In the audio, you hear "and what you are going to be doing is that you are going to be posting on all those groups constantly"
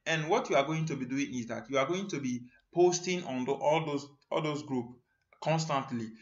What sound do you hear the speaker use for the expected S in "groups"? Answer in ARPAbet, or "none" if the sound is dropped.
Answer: none